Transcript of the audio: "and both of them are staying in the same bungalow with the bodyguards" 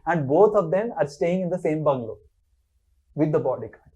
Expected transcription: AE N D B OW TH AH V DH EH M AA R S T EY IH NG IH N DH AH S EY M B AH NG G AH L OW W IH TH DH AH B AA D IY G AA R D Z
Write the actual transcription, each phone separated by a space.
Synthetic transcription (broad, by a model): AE N D B OW T AH V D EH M AA R S T EY IH NG IH N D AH S EY M B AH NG G L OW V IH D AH B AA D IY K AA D